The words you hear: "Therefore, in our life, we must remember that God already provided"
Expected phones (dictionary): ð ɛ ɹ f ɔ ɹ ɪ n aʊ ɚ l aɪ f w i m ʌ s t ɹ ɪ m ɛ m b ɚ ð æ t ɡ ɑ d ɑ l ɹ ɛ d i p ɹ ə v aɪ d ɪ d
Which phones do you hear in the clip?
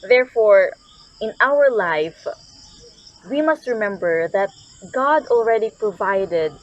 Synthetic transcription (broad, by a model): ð ɛ ɹ f ɔ ɹ ɪ n aʊ ɚ l aɪ f w i m ʌ s t ɹ ɪ m ɛ m b ɚ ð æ t ɡ ɑ d ɑ l ɹ ɛ d i p ɹ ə v aɪ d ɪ d